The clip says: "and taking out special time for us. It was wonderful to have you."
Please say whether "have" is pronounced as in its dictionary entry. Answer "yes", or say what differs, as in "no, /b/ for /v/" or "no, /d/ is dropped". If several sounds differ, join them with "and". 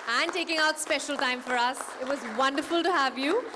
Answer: yes